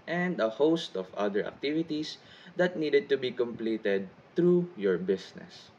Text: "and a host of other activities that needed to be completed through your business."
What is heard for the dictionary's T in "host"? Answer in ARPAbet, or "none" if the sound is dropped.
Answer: T